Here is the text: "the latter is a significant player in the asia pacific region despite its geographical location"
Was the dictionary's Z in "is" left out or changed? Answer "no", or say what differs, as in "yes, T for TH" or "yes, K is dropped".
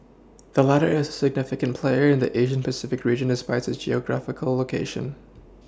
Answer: no